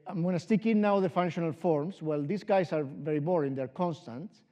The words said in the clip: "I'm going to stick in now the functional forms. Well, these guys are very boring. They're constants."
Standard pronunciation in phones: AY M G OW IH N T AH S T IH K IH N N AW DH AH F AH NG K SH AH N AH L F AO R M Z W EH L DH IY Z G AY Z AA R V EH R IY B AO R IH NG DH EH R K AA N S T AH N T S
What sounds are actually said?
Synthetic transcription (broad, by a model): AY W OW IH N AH S T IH K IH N N AW DH AH F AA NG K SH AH N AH L F AO R M S W EH L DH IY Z G AY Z AA R V EH R IY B AO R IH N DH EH R K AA N S T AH N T